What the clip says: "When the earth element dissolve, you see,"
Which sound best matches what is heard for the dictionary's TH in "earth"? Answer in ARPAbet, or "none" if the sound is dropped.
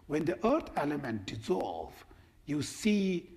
T